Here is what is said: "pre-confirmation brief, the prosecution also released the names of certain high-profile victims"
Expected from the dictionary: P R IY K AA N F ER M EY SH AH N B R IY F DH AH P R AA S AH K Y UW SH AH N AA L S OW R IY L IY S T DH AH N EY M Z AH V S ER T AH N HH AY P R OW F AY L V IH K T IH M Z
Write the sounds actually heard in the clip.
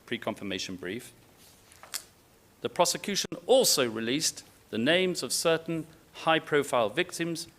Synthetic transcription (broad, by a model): P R IY K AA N F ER M EY SH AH N B R IY F DH AH P R AA S AH K Y UW SH AH N AA L S OW R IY L IY S DH AH N EY M Z AH V S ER T N HH AY P R OW F AY L V IH K T IH M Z